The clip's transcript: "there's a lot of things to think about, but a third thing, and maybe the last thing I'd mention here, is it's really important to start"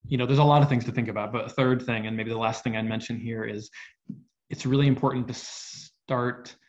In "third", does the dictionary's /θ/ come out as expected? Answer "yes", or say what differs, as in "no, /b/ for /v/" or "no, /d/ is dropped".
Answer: yes